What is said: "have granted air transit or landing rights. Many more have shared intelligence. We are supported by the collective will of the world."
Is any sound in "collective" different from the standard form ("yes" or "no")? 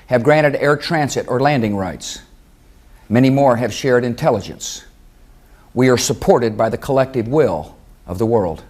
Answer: no